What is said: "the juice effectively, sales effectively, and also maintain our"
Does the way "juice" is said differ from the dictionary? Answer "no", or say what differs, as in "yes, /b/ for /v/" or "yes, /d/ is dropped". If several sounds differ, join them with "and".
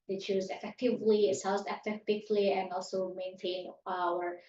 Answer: yes, /tʃ/ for /dʒ/